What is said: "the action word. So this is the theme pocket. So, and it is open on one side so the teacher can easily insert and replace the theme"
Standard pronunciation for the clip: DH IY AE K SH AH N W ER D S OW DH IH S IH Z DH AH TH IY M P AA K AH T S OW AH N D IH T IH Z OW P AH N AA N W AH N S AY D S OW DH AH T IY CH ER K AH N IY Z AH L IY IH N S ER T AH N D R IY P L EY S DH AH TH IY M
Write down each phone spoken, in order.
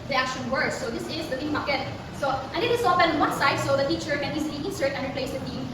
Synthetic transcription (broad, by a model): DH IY AE K SH AH N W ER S OW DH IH S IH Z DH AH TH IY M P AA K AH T S OW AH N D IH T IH S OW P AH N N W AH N S AY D S OW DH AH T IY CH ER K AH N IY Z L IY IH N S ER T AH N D R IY P L EY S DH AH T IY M